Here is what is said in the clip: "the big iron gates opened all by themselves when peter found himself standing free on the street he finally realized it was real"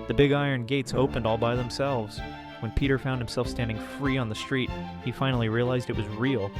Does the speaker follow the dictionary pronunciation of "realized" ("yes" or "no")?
yes